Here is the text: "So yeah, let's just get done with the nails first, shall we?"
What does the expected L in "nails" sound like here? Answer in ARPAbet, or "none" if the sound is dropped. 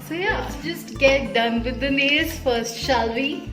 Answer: none